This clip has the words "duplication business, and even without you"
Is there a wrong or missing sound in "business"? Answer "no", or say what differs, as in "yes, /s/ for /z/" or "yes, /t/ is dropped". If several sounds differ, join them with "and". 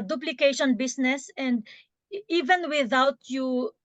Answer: yes, /s/ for /z/